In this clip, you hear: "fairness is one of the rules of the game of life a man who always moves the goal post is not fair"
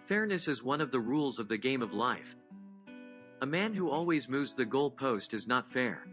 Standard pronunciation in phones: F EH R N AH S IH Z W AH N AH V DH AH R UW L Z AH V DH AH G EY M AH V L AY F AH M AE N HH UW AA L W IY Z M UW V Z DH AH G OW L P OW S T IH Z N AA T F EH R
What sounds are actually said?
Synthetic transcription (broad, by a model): F EH R N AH S IH Z W AH N AH V DH AH R UW L Z AH V DH AH G EY M AH V L AY F AH M AE N HH UW AA L W IY Z M UW V Z DH AH G OW L P OW S T IH Z N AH T F EH R